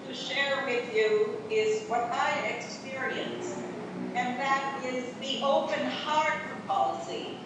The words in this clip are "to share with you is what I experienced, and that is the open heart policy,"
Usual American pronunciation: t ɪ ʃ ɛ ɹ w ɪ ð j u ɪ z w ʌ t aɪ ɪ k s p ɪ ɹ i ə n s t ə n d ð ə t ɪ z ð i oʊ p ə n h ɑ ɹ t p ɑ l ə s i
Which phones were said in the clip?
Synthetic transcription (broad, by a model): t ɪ ʃ ɛ ɹ w ɪ ð j u ɪ z w ʌ t aɪ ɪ k s p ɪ ɹ i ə n s ə n ð ə t ɪ z ð i oʊ p ə n h ɑ ɹ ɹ p ɑ l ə s i